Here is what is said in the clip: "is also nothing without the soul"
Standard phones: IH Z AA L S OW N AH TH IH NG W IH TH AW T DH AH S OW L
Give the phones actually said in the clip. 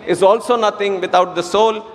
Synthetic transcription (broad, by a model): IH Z AA L S OW N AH T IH NG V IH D AW T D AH S OW L